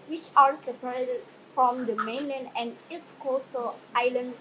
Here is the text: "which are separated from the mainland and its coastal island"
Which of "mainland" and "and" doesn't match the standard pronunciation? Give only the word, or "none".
none